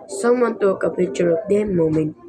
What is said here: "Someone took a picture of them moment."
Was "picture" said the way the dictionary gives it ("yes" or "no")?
no